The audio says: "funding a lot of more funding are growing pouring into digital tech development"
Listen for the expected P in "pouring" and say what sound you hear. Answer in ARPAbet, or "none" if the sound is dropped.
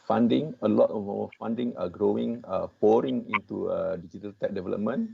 P